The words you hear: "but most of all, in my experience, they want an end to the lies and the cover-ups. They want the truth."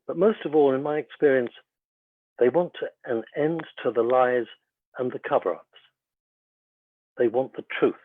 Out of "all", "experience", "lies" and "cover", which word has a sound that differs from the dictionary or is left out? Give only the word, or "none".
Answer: none